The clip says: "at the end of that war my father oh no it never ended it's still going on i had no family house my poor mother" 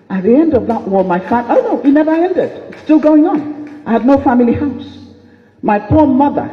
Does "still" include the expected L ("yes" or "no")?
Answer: yes